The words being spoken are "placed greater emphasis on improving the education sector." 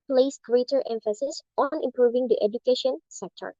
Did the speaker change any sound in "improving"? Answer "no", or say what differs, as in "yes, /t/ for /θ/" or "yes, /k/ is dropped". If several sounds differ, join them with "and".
no